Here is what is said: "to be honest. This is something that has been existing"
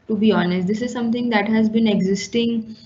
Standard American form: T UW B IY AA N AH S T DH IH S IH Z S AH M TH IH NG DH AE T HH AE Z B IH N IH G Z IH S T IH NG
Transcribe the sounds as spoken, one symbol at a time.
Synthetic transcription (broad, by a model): T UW B IY AA N AH S T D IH S IH Z S AH M T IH NG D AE T HH AE Z B IH N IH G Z IH S T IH NG